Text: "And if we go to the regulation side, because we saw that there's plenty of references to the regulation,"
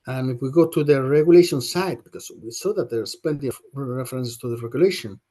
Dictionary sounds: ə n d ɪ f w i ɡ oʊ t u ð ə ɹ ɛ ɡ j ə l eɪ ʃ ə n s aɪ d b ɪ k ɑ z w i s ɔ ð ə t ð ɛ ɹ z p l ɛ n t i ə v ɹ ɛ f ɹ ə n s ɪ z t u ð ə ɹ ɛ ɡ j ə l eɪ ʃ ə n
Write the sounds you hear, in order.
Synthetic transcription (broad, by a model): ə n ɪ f w i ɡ oʊ t u ð ə ɹ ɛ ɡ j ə l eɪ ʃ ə n s aɪ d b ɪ k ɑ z w i s ɔ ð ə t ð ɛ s p ɛ n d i ɹ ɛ f ɹ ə n s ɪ s t u ð ə ɹ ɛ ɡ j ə l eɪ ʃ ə n